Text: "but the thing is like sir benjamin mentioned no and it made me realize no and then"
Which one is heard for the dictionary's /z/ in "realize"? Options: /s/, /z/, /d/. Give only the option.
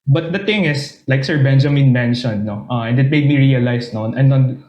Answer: /s/